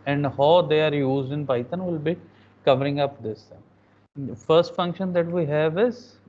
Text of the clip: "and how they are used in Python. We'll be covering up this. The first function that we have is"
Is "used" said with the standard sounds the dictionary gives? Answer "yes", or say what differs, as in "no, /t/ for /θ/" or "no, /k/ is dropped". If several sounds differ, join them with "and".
yes